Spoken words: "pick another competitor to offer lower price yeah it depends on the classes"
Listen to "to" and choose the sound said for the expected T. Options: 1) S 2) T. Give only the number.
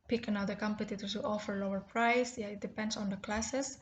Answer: 1